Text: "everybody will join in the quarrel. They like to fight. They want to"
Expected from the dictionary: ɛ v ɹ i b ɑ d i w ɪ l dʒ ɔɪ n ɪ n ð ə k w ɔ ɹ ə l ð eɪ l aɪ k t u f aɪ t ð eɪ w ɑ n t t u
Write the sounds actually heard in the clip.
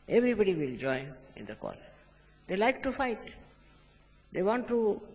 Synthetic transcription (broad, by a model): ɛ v ɹ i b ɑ d i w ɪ l dʒ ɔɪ ɪ n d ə k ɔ l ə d eɪ l aɪ k t u f aɪ t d eɪ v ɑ n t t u